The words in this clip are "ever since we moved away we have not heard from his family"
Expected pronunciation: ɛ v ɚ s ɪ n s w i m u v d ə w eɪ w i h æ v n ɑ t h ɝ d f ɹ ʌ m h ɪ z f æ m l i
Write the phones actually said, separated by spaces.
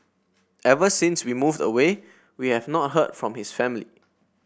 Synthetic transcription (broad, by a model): ɛ v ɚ s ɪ n s w i m u v d ə w eɪ w i h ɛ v n ɑ t h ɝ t f ɹ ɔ m h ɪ s f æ m l i